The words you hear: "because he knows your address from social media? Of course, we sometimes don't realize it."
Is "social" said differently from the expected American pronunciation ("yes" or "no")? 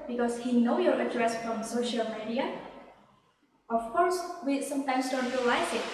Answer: no